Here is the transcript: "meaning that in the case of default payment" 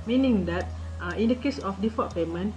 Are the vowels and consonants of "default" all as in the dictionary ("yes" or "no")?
no